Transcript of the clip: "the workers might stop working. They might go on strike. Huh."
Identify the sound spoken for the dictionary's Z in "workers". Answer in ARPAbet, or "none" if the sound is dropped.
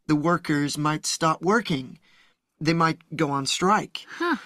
Z